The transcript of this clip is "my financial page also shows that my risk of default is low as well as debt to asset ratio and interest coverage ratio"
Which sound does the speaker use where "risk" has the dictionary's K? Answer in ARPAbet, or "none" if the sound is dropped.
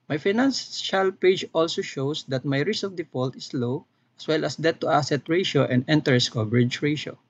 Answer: none